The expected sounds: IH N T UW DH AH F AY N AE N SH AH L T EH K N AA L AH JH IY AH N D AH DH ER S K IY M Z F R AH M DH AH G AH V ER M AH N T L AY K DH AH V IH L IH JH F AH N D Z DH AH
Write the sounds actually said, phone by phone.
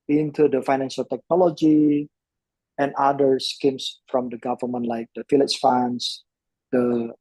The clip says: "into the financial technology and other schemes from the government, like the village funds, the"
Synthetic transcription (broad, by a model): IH N T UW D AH F AY N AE N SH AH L T EH K N AA L AH JH IY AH N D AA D ER S K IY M S F R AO M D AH G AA V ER M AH N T L AY K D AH F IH L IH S F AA N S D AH